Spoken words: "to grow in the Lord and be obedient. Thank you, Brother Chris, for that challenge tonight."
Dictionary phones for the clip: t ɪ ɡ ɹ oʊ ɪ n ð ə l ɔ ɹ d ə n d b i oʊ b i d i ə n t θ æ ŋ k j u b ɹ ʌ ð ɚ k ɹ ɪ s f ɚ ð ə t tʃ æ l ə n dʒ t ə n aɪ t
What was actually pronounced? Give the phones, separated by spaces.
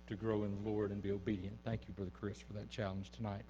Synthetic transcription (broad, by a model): t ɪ ɡ ɹ oʊ ɪ n ð ə l ɔ ɹ d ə n b i oʊ b i d i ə n θ æ ŋ k j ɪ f ɹ ð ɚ k ɹ ɪ s f ɚ ð ə t tʃ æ l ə n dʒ t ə n aɪ t